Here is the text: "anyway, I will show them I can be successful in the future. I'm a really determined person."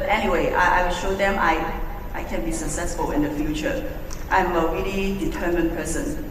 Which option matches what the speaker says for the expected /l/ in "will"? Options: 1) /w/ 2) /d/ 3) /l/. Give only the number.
1